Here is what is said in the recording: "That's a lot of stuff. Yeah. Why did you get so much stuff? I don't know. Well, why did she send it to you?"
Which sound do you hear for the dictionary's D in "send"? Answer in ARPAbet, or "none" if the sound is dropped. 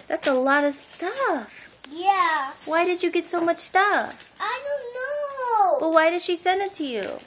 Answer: D